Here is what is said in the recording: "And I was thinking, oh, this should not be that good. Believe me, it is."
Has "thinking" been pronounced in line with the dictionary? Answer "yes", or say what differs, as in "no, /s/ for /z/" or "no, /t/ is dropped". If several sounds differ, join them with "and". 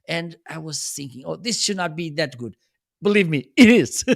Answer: yes